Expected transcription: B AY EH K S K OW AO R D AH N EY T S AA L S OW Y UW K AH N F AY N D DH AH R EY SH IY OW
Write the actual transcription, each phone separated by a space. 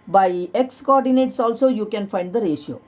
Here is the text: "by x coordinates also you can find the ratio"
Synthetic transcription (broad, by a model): B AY EH K S K OW AO R D AH N EY T S AA L S OW Y UW K AH N F AY N D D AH R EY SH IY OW